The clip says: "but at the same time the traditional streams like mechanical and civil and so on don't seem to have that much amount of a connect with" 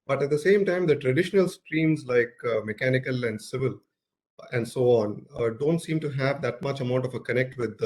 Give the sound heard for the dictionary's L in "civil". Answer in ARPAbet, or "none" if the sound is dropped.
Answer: L